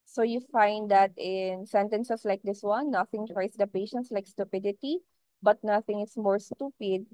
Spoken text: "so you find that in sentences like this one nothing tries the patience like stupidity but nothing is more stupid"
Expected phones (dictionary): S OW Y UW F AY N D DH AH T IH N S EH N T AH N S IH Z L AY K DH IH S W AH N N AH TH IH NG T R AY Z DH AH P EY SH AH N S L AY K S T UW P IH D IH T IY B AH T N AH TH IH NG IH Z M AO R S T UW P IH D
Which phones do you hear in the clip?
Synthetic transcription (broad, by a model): S OW Y UW F AY N D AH T IH N S EH N T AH N S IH S L AY K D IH S W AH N N AH TH IH NG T R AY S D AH P EY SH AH N S L AY K S T UW P IH D IH T IY B AH T N AH TH IH NG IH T M AO R S T UW P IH D